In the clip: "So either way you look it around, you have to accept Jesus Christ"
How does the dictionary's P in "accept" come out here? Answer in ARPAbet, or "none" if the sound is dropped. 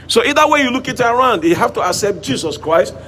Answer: P